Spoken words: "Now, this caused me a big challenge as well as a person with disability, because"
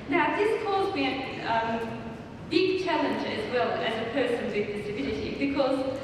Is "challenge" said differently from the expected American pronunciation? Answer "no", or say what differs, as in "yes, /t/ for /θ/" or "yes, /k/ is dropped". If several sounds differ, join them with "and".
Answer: no